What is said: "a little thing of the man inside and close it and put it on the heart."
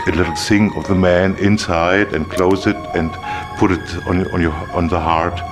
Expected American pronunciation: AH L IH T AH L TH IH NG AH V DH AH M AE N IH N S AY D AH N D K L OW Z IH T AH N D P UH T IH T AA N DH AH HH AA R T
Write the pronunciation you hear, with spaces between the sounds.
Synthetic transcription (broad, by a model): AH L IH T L S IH NG AH V DH AH M AE N IH N S AY D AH N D K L OW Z IH T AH N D P UH T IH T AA N DH AH HH AA R T